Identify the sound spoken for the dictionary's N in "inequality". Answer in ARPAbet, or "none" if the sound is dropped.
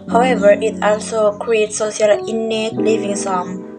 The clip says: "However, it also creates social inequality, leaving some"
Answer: L